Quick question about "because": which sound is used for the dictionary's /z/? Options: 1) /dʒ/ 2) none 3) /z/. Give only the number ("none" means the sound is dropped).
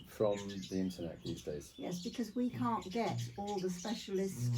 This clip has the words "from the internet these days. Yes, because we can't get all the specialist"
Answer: 3